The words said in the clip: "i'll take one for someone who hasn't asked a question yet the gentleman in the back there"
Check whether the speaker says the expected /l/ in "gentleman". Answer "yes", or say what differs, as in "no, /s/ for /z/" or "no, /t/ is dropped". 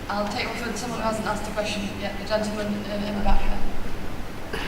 no, /l/ is dropped